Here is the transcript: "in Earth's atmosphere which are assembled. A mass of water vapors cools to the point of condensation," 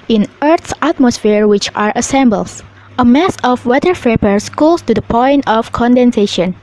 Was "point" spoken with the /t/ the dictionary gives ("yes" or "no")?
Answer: yes